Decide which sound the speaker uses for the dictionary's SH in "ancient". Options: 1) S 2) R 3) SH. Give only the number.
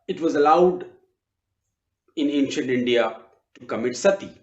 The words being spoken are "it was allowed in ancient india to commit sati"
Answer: 3